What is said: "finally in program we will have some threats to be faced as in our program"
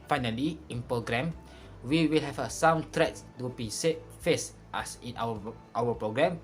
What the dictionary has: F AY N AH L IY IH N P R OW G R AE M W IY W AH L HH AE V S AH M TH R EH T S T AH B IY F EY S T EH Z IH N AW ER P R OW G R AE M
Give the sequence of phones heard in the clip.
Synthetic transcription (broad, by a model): F AY N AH L IY IH N P R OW G R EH M W IY W AH L HH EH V S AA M T R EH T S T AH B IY F EY S T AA S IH N AW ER P R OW G R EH M